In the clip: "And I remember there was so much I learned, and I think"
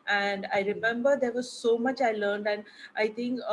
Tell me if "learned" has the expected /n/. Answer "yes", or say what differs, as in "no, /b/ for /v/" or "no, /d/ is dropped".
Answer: yes